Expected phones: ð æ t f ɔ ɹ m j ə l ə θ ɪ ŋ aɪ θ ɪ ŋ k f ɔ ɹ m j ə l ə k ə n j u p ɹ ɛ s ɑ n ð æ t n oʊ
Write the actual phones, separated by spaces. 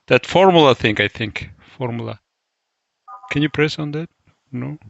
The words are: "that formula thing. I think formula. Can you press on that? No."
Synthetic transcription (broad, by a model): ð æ t f ɔ ɹ m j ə l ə θ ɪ ŋ aɪ θ ɪ ŋ k f ɔ ɹ m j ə l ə k ə n j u p ɹ ɛ s ɑ n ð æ t n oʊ